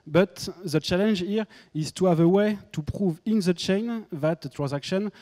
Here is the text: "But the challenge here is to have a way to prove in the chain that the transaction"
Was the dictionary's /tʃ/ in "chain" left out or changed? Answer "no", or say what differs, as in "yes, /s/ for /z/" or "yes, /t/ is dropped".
no